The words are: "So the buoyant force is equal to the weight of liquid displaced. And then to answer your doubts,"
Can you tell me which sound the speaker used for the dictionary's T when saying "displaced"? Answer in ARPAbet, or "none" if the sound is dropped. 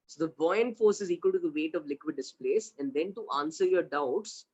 none